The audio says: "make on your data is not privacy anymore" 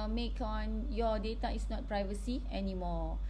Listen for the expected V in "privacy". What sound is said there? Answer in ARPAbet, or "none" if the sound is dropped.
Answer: V